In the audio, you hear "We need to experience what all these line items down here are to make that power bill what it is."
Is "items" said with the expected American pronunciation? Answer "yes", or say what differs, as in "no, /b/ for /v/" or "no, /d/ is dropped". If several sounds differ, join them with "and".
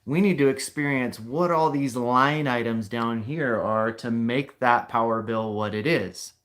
yes